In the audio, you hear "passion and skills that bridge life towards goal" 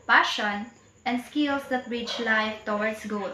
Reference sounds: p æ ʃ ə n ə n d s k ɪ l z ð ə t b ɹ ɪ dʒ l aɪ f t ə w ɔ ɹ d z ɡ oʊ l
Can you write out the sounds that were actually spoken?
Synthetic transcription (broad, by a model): p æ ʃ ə n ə n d s k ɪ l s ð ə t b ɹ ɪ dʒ l aɪ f t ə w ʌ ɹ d s ɡ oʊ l